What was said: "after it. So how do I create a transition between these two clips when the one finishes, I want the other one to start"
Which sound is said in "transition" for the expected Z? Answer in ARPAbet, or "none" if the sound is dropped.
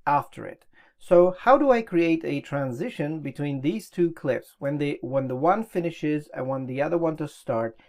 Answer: Z